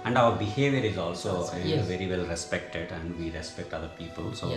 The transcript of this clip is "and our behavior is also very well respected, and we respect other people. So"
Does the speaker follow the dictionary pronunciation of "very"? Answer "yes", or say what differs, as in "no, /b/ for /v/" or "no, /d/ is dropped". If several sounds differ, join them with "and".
yes